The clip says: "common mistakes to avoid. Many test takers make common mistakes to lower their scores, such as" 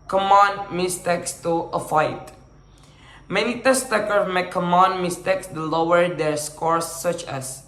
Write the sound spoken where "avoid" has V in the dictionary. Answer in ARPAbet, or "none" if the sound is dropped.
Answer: F